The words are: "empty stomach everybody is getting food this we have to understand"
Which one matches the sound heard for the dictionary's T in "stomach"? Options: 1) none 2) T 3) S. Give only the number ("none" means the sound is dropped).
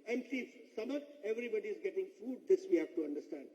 3